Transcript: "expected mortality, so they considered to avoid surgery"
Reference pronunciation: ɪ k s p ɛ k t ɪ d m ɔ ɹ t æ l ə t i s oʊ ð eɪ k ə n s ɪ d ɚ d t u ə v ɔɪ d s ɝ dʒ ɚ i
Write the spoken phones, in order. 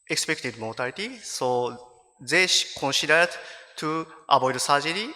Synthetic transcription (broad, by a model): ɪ k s p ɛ k t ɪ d m ɔ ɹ t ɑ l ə t i s oʊ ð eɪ k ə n s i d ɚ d t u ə b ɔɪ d s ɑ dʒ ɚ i